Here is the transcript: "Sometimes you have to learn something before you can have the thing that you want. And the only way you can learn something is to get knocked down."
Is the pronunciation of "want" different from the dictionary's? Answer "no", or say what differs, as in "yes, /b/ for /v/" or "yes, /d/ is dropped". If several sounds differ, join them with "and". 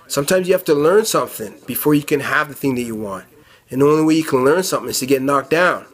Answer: no